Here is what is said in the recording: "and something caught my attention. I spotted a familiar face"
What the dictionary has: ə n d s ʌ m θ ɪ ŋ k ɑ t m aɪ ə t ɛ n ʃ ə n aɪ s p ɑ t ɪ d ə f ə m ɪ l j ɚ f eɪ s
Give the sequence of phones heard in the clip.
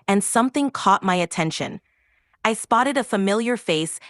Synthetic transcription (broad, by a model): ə n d s ʌ m θ ɪ ŋ k ɑ t m aɪ ə t ɛ n ʃ ə n aɪ s p ɑ t ɪ d ə f ə m ɪ l j ɚ f eɪ s